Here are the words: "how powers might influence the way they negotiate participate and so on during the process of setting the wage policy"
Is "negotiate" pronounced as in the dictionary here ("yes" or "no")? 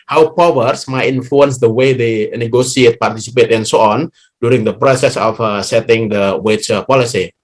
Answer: no